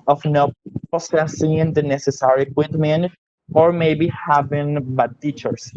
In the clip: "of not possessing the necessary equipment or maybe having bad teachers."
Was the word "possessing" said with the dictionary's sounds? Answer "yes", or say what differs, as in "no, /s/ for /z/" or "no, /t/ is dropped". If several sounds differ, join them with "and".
no, /s/ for /z/